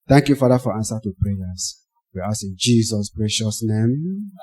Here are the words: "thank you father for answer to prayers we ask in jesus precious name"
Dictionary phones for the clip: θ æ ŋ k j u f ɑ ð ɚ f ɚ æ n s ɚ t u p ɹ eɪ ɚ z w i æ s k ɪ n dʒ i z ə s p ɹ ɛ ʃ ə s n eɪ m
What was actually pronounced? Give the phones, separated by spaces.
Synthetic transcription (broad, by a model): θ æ ŋ k j u f ɑ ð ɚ f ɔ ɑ n s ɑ t u p ɹ eɪ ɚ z w i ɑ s ɪ n dʒ i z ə s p ɹ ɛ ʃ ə s n eɪ m